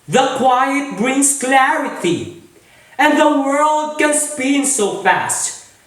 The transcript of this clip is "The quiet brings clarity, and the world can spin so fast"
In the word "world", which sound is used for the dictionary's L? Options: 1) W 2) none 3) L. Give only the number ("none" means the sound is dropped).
3